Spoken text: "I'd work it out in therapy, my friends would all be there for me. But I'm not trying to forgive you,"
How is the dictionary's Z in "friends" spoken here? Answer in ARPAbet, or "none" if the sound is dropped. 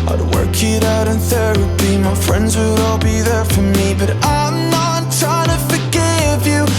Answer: Z